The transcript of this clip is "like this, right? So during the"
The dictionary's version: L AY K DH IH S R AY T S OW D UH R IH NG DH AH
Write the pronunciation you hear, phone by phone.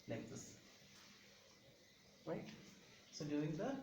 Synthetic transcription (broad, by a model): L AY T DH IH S R AY T S OW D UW IH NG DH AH